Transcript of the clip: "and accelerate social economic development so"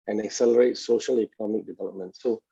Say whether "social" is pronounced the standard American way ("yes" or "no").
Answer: yes